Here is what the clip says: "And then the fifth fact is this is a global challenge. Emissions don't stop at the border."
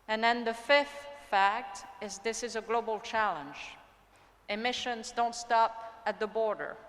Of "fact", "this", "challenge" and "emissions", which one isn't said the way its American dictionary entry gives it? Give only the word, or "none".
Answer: none